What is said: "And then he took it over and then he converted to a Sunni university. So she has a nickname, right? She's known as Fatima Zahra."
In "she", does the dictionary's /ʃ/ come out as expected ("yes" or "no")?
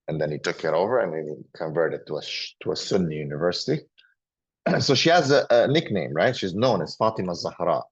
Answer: yes